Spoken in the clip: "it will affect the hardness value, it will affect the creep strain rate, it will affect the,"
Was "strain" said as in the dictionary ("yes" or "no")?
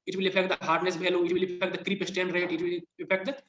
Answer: no